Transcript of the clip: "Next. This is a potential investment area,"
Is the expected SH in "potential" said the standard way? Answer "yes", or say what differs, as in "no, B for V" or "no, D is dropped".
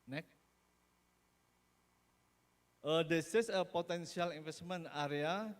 no, S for SH